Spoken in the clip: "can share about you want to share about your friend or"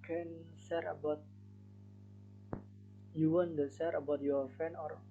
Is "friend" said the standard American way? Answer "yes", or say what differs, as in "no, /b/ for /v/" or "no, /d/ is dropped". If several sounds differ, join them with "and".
no, /d/ is dropped